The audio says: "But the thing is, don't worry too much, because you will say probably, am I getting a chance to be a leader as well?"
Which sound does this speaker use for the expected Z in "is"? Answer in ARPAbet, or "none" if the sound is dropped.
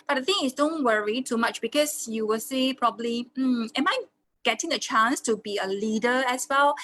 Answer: S